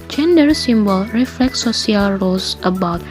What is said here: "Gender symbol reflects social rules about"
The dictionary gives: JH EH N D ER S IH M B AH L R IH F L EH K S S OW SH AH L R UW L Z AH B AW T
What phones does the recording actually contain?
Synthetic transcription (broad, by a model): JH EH N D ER S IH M B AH L R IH F L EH K S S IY AH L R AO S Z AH B AW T